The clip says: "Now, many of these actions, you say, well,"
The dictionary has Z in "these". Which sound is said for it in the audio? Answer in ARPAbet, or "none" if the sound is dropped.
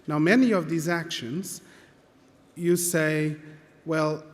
Z